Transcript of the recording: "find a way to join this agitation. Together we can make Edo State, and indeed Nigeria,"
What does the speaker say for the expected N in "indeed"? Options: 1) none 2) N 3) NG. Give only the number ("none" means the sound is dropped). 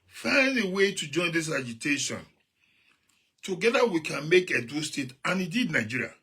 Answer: 1